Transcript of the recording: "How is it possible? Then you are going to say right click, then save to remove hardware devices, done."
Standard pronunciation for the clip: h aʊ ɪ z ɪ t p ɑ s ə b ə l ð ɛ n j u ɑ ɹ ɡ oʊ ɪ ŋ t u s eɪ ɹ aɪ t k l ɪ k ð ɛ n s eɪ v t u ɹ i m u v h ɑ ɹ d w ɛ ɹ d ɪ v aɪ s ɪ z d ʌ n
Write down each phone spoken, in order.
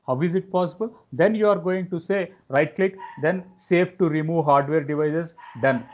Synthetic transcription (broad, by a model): h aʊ ɪ z ɪ t p ɑ s ə b ə l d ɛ n j u ɑ ɹ ɡ oʊ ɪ ŋ t u s eɪ ɹ aɪ t k l ɪ k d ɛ n s eɪ f t u ɹ i m u v h ɑ ɹ d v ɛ ɹ d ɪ v aɪ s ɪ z d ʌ n